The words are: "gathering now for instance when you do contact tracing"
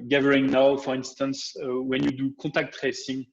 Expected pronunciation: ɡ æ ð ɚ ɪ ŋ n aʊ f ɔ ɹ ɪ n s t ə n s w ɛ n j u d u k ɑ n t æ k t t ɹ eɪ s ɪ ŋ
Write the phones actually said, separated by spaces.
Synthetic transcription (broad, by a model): ɡ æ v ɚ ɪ ŋ n aʊ f ɔ ɹ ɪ n s t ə n s w ɛ n j u d u k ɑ t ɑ k t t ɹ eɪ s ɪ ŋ